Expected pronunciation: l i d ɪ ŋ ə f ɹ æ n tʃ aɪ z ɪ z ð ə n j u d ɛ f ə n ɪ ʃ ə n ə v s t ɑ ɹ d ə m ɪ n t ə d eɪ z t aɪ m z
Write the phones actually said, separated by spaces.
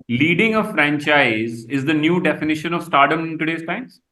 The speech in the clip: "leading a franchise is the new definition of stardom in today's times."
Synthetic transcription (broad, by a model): l i d ɪ ŋ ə f ɹ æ n tʃ aɪ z ɪ z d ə n j u d ɛ f ə n ɪ ʃ ə n ə v s t ɑ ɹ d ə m ɪ n t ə d eɪ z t aɪ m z